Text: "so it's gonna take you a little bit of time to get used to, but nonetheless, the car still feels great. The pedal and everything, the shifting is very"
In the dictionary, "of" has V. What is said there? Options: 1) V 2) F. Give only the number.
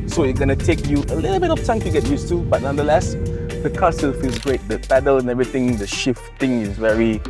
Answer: 2